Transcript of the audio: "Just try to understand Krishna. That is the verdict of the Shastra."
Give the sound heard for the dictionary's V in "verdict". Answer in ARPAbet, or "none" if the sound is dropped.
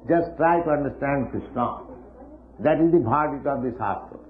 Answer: B